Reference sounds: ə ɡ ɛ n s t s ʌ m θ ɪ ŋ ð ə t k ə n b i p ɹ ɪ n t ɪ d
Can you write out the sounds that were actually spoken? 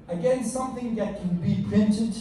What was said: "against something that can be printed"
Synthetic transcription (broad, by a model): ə ɡ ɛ n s s ʌ m θ ɪ ŋ ð ə t k ə n b i p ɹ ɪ n t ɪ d